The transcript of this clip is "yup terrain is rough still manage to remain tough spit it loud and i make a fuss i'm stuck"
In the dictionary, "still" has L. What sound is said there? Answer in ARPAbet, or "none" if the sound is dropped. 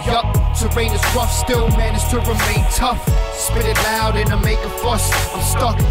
N